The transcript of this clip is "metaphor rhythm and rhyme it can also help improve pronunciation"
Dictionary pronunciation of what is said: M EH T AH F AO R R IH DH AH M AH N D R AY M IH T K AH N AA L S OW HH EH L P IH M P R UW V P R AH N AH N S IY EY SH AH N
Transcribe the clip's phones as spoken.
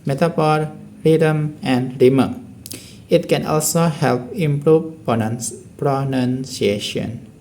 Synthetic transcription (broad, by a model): M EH T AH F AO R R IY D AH M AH N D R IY M IH T K AH N AA L S OW HH EH L P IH M P R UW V P R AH N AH N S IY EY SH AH N